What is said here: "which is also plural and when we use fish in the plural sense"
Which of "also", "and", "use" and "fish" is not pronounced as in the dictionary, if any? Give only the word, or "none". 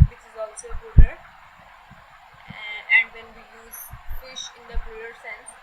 none